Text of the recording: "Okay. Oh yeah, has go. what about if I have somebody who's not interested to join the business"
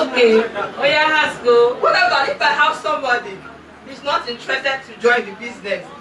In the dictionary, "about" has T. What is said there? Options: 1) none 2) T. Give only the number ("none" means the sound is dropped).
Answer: 1